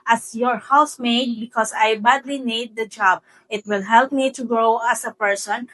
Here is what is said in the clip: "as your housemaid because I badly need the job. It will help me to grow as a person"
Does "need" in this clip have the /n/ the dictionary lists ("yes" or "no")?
yes